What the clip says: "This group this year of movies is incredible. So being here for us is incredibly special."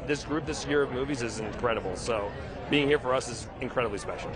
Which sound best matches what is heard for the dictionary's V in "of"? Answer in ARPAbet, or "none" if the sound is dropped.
V